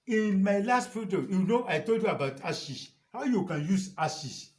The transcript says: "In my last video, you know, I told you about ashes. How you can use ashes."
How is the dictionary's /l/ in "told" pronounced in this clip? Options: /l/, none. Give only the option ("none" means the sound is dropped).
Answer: /l/